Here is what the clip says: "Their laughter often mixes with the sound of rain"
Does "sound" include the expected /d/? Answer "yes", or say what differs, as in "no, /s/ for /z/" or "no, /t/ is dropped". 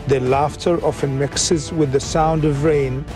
yes